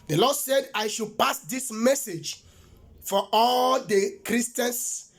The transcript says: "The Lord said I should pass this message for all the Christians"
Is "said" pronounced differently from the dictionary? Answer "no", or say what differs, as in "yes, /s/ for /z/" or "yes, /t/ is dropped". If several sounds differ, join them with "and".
no